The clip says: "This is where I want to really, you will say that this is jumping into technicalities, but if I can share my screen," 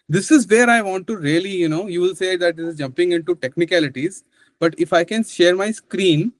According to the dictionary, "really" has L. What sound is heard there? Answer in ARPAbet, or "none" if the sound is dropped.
N